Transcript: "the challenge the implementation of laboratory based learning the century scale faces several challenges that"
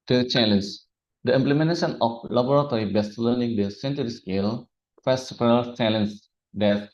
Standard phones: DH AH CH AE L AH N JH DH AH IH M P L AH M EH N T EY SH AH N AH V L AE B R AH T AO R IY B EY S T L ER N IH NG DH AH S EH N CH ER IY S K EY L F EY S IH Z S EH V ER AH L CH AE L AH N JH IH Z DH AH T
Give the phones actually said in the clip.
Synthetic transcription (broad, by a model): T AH CH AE L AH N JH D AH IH M P L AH M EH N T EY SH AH N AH F L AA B R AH T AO R IY B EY S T L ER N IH NG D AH S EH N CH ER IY S K EY L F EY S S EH P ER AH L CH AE L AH N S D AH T